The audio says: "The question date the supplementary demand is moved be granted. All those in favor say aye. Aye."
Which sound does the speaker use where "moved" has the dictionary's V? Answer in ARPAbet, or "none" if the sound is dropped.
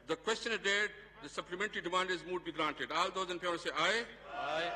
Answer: none